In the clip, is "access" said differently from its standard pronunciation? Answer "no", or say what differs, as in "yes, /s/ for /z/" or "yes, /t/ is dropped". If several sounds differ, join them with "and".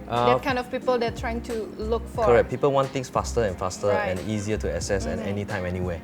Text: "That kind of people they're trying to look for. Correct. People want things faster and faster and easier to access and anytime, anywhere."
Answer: yes, /k/ is dropped